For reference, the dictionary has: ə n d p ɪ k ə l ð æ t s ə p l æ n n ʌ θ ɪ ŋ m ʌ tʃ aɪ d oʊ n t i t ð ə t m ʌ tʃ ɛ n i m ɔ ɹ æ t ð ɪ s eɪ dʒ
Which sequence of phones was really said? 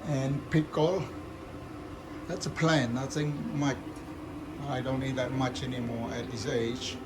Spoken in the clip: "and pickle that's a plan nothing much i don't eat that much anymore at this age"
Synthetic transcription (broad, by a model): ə n p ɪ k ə l ð æ t s ə p l æ n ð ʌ s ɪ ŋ m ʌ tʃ aɪ d oʊ n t i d ð ə t m ʌ tʃ ɛ n i m ɔ ɹ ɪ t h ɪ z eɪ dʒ